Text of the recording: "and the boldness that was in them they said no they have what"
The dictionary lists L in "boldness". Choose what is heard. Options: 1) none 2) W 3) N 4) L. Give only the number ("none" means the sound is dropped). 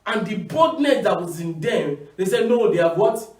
1